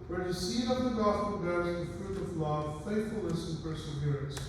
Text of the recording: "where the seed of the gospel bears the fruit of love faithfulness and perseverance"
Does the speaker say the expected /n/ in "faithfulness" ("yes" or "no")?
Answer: no